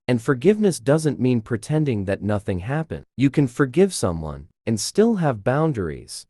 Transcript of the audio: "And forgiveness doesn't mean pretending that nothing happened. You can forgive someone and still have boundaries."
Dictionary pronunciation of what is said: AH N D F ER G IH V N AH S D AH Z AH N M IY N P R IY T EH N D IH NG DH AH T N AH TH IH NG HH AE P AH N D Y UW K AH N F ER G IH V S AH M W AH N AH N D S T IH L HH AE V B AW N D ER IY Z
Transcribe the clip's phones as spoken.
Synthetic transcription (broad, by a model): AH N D F ER G IH V N AH S D AH Z AH N M IY N P R IY T EH N D IH NG DH AH T N AH TH IH NG HH AE P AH N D Y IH K AH N F ER G IH V S AH M W AH N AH N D S T IH L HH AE V B AW N D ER IY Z